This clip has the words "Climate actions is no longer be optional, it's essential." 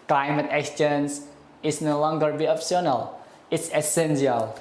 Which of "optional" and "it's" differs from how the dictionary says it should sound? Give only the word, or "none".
optional